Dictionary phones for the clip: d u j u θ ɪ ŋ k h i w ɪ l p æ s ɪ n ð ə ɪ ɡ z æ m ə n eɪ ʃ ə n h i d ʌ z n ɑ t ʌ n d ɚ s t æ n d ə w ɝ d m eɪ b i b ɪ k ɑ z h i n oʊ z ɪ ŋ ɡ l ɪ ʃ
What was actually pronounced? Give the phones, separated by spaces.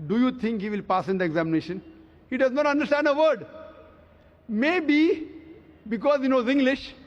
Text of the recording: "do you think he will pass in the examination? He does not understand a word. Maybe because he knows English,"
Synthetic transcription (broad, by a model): d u j u t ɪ ŋ k h i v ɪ l p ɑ s ɪ n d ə ɪ ɡ z æ m ə n eɪ ʃ ə n h i d ʌ z n ɑ t ʌ n d ɚ s t æ n d ə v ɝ d m eɪ b i b ɪ k ɑ z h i n oʊ z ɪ ŋ ɡ l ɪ ʃ